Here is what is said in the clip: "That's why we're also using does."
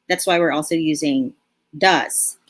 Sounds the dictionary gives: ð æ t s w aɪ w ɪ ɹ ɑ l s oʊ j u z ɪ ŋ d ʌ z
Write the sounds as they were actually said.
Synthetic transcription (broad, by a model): ð æ t s w aɪ w ɪ ɹ ɑ l s oʊ j u z ɪ ŋ d ʌ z